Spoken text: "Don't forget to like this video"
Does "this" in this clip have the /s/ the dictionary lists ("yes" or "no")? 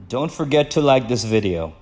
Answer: yes